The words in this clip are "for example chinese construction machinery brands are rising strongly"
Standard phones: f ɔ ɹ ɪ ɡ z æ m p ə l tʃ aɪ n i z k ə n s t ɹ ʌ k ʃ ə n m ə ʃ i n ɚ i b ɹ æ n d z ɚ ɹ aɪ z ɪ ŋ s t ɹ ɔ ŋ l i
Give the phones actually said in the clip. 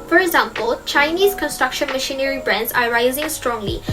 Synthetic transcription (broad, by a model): f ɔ ɹ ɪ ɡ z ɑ m p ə l tʃ aɪ n i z k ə n s t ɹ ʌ k ʃ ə n m ə ʃ i n ɚ i b ɹ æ n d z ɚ ɹ aɪ z ɪ ŋ s t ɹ ɔ ŋ l i